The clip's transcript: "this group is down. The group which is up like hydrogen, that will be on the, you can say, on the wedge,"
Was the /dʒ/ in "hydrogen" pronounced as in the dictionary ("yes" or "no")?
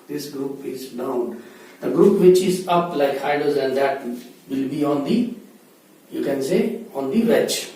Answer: no